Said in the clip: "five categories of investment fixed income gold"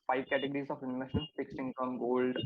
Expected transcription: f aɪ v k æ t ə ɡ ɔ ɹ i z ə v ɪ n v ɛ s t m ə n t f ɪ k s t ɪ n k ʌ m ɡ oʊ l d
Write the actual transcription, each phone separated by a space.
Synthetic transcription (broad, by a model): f aɪ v k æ t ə ɡ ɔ ɹ i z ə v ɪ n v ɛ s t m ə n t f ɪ k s ɪ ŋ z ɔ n ɡ oʊ l d